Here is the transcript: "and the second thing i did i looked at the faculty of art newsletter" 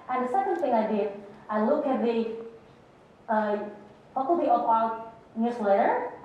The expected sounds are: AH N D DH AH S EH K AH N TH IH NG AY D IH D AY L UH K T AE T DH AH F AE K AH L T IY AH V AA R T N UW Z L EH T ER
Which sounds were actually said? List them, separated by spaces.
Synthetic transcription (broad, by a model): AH N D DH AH S EH K AH N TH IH NG AY D IH D AY L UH K AE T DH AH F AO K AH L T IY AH P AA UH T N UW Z L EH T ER